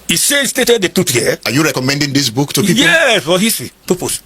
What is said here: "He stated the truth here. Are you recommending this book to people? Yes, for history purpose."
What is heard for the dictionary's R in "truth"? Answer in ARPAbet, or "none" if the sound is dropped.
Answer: none